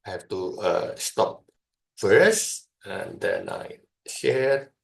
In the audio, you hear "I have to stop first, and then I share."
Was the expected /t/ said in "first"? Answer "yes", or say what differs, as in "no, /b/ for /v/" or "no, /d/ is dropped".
no, /t/ is dropped